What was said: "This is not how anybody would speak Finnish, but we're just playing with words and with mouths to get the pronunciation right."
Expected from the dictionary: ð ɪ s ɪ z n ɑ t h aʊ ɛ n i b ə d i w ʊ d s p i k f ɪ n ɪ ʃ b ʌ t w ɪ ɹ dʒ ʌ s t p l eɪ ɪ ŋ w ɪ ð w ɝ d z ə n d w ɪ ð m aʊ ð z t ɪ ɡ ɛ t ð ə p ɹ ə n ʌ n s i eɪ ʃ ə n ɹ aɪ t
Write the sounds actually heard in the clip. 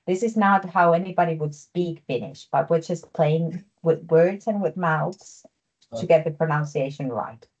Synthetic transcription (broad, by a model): ð ɪ s ɪ z n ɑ t h aʊ ɛ n i b ə d i w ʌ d s p i k f ɪ n ɪ ʃ b ʌ t w ɪ ɹ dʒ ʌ s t p l eɪ ɪ ŋ w ɪ ð w ɝ d z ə n w ɪ ð m aʊ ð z t ɪ ɡ ɛ t ð ə p ɹ ə n ʌ n s i eɪ ʃ ə n ɹ aɪ t